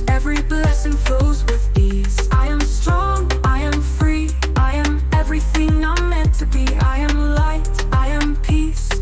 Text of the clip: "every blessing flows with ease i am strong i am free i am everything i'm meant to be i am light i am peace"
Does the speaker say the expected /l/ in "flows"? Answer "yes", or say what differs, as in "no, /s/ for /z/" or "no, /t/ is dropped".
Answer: no, /l/ is dropped